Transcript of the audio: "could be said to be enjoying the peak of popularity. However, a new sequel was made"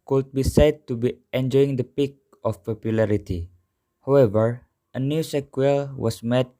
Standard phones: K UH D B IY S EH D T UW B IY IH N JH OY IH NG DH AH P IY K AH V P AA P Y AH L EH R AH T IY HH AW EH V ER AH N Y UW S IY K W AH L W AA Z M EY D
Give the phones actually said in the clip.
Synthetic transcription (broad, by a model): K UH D B IY S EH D T UW B IY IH N JH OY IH NG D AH P IY K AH F P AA P Y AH L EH R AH T IY HH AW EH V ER AH N Y UW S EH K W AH L W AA S M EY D